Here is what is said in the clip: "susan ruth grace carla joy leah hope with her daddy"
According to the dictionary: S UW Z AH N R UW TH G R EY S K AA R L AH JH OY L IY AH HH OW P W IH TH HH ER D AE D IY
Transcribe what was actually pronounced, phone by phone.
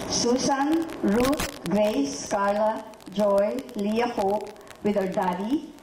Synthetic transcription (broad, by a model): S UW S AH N R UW T G R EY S K AA R L AH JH OY L IY AH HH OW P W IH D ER D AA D IY